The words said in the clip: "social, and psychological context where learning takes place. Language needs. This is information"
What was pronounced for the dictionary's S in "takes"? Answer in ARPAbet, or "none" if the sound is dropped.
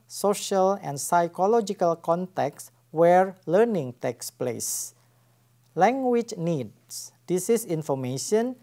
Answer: S